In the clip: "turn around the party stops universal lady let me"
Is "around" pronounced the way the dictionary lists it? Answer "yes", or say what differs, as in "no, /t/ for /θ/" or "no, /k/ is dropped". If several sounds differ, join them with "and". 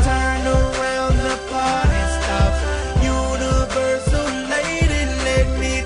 no, /l/ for /n/